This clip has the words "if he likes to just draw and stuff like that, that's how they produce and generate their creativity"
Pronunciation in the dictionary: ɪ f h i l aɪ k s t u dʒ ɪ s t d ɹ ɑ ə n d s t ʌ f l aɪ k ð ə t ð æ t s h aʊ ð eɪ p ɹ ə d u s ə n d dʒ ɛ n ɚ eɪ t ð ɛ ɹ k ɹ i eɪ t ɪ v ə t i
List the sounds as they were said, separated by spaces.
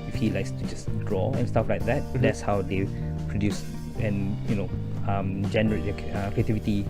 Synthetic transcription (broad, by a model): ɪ f h i l aɪ k s t u dʒ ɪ s d ɹ ɑ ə n s t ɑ f l aɪ k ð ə t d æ t s h aʊ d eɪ p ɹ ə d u s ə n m dʒ ɛ n ɚ eɪ t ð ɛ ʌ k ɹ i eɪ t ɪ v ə t i